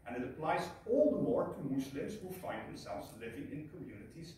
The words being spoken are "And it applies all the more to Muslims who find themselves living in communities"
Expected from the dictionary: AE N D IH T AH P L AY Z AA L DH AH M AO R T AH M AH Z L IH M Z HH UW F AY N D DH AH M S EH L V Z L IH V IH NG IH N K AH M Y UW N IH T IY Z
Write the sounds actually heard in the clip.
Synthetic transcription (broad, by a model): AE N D IH T AH P L AY Z AA L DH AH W AO R T AH M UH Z L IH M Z HH UW F AY N D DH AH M S EH L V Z L IH V IH NG IH N K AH M Y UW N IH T IY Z